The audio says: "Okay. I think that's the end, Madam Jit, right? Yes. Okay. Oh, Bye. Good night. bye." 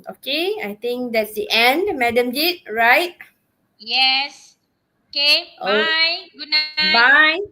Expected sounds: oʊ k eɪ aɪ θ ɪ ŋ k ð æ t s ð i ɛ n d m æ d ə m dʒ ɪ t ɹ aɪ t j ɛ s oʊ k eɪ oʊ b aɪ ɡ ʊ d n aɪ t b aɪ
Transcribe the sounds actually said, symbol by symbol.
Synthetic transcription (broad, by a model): oʊ k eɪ aɪ t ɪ ŋ k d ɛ t s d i ɛ n d m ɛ d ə m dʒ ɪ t ɹ aɪ t j ɛ s oʊ k eɪ oʊ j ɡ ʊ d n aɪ b aɪ